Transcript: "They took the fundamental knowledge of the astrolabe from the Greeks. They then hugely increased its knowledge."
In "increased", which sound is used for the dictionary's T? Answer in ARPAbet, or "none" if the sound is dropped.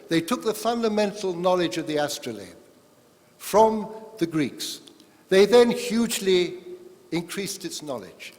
T